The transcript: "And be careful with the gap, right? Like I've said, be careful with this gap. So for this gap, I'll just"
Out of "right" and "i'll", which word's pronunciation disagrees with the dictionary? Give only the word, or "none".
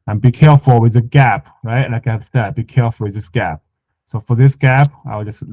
i'll